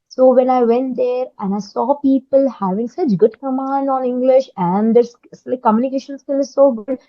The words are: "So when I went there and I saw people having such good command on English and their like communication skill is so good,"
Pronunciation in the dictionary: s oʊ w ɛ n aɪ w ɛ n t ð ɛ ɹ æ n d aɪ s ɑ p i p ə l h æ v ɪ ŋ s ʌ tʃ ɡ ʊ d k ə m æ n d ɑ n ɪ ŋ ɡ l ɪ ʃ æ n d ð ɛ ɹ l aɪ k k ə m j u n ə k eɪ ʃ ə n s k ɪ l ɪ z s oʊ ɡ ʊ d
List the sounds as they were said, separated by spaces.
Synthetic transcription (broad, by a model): s oʊ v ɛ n aɪ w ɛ n t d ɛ ɹ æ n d aɪ s ɑ p i p ə l h æ v ɪ ŋ s ʌ tʃ ɡ ʊ d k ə m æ n d ɑ n ɪ ŋ ɡ l ɪ ʃ æ n d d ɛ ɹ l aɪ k k ə m j u n ə k eɪ ʃ ə n s k ɪ l ɪ z s oʊ ɡ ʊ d